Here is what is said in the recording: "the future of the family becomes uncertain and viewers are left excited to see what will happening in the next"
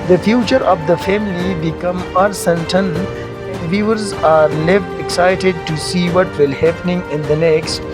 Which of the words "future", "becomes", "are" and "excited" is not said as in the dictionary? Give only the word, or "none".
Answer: becomes